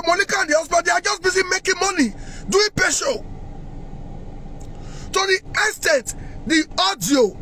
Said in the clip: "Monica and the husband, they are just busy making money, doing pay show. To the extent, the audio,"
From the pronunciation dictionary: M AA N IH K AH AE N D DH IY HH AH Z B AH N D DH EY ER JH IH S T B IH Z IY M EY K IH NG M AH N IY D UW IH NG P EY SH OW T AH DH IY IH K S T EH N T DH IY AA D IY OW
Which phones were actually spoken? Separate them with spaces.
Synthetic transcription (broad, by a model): M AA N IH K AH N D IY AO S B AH D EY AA JH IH S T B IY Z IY M EY K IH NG M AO N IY D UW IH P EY SH OW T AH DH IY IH S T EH T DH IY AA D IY OW